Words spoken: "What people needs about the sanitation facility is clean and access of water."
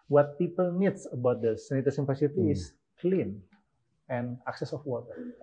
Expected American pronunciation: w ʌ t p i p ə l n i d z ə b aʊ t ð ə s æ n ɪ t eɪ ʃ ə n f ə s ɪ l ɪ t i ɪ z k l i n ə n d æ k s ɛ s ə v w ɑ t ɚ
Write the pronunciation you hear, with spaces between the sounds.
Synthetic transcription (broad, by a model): w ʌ t p i p ə l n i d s ə b aʊ t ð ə s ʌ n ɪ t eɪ s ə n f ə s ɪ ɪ t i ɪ s k l i n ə n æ k s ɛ s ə f w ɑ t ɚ